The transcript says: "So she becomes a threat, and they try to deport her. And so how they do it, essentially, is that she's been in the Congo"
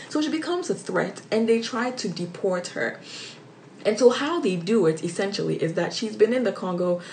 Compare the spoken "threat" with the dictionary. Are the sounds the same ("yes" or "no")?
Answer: yes